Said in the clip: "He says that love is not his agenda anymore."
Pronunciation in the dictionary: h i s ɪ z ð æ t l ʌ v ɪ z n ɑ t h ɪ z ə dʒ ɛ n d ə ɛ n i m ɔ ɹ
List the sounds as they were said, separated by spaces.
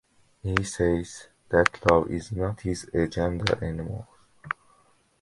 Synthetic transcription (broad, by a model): h i s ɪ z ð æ t l ʌ v ɪ z n ɑ t h ɪ z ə dʒ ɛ n d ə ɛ n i m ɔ l